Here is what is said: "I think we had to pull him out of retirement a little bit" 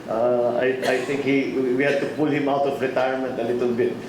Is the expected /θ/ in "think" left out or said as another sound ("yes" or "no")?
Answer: yes